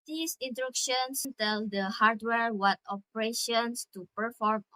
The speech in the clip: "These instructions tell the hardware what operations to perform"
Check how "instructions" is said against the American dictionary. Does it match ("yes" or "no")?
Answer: no